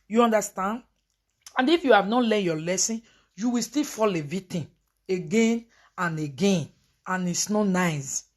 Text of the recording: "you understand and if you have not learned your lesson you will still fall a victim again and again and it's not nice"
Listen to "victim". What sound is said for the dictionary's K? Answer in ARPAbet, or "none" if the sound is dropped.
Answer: none